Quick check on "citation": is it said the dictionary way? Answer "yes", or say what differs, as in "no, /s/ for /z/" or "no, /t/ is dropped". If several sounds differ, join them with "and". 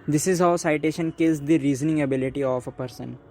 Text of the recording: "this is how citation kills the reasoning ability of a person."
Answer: yes